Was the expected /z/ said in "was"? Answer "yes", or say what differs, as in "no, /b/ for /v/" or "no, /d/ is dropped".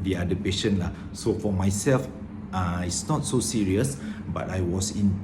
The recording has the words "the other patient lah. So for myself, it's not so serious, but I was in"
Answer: no, /s/ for /z/